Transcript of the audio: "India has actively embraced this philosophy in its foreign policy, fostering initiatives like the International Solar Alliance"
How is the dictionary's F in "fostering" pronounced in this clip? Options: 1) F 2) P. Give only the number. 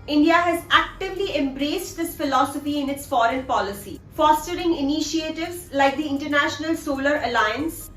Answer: 1